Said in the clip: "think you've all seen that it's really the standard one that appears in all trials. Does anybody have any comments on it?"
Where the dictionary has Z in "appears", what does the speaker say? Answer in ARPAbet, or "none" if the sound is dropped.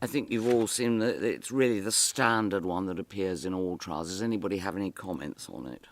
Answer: Z